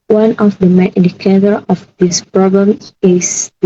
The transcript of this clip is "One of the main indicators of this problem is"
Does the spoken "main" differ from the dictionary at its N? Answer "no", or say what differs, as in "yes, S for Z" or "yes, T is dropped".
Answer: yes, N is dropped